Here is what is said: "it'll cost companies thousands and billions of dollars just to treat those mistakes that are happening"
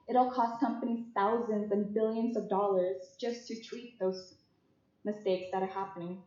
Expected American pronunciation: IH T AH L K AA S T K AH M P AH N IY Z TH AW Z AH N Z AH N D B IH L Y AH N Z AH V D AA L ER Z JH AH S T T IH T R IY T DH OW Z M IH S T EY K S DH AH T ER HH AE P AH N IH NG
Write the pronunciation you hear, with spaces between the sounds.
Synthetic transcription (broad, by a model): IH T L K AA S T K AH M P AH N IY Z TH AW Z AH N Z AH N B IH L Y AH N Z AH V D AA L ER Z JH AH S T T IH T R IY T DH OW Z M IH S T EY K S DH AH T ER HH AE P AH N IH NG